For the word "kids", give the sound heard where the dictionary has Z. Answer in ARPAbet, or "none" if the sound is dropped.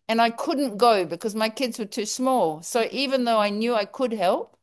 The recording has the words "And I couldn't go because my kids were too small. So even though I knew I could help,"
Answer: Z